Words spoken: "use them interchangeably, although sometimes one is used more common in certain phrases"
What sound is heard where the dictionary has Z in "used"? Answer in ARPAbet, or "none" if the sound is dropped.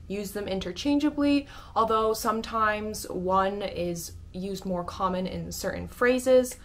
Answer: Z